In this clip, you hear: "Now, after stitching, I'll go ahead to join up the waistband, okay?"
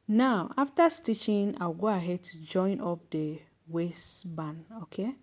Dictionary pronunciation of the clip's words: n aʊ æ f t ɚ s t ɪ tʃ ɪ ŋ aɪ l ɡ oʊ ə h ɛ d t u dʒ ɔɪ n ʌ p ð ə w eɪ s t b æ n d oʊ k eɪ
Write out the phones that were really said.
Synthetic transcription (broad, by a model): n aʊ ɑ f t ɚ s t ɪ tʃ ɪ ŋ aɪ w ɡ oʊ ə h ɛ d t u dʒ ɔɪ n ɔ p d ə w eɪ s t b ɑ n oʊ k eɪ